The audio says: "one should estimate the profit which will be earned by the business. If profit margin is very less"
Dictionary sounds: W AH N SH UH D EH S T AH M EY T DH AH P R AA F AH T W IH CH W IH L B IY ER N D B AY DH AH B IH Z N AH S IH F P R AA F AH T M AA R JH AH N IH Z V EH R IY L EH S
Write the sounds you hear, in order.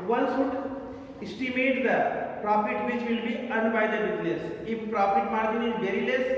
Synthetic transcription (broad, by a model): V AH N S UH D EH S T AH M EY T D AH P R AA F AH T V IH CH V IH L B IY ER N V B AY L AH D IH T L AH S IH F P R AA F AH T M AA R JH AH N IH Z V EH R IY L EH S